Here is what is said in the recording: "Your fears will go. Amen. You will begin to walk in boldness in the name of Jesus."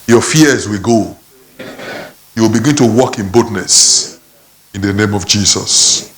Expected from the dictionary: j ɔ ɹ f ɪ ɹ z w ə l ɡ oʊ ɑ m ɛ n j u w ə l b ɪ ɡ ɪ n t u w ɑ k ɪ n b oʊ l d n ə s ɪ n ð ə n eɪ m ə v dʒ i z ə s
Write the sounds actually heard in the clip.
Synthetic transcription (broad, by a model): j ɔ f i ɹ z w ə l ɡ oʊ j u w ə l b ɪ ɡ ɪ n t u w ɑ k ɪ n b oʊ d n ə s ɪ n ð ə n eɪ m ə v dʒ i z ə s